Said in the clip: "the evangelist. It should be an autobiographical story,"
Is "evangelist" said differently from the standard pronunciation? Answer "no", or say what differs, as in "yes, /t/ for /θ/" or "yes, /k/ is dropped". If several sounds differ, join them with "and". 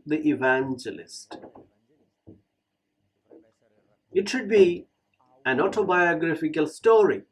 no